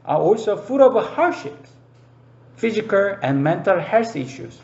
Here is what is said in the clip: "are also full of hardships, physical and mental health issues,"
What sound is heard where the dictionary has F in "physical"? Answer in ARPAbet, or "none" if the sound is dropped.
F